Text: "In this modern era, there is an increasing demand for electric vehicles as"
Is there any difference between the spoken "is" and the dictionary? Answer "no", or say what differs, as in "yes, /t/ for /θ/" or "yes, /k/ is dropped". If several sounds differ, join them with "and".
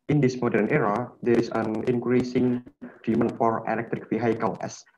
yes, /s/ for /z/